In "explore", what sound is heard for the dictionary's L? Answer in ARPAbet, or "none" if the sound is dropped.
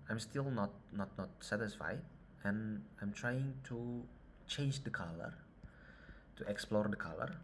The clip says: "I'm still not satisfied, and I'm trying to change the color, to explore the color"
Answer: L